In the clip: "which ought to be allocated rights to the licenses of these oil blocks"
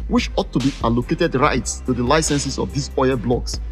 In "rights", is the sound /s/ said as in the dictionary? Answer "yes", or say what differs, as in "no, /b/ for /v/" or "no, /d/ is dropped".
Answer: yes